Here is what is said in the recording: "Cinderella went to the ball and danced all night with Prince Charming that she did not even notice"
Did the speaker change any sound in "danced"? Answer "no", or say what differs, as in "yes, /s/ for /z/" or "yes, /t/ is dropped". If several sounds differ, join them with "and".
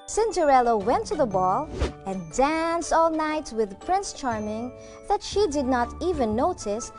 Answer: no